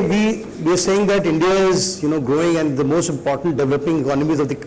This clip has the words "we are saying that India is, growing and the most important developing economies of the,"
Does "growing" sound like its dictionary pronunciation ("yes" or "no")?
yes